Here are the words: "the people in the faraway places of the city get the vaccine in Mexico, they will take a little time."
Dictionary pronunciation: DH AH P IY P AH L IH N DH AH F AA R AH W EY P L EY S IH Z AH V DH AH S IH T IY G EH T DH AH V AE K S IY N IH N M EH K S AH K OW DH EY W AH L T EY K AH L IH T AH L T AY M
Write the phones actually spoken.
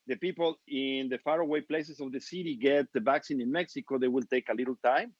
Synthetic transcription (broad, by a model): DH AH P IY P AH L IH N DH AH F AA R AH W EY P L EY S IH S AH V DH AH S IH T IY G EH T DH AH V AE K S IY N IH N M EH K S AH K OW DH EY W AH L T EY K AH L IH T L T AY M